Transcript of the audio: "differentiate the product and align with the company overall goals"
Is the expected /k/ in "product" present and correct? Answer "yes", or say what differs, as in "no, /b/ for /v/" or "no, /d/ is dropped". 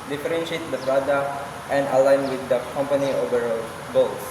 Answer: no, /k/ is dropped